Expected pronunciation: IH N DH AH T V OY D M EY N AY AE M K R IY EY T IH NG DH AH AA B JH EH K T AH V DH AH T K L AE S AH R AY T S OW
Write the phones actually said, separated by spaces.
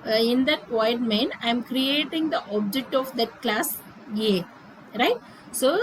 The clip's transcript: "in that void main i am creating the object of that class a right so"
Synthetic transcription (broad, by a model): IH N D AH T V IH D M EY N AY M K R IY EY T IH NG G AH AA B JH EH K T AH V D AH T K L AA S AH R AY T S OW